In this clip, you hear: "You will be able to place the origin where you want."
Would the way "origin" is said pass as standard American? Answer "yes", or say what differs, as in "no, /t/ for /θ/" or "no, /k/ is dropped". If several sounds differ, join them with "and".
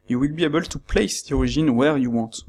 no, /ʒ/ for /dʒ/